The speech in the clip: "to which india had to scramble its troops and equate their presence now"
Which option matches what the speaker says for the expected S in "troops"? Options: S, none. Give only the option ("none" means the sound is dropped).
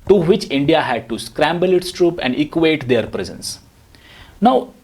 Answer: none